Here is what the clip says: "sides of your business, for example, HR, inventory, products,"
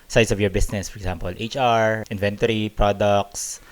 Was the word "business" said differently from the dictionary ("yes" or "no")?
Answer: yes